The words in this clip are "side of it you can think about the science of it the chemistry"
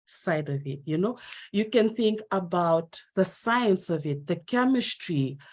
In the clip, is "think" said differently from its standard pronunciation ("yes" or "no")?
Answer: no